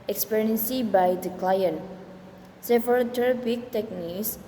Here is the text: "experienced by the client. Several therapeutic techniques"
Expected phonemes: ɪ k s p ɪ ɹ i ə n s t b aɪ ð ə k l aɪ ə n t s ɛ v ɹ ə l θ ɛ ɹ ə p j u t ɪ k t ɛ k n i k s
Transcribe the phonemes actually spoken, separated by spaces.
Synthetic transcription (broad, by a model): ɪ k s p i ɹ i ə n s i b aɪ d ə k l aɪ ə n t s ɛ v ə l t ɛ ɹ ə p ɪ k t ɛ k n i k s